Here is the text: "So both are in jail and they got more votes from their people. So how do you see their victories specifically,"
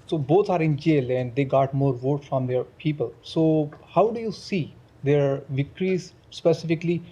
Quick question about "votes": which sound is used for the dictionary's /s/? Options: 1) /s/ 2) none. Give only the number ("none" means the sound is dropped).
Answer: 2